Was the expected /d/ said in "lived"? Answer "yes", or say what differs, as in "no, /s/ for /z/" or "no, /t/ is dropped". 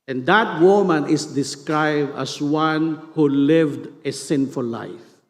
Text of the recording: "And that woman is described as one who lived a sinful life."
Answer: yes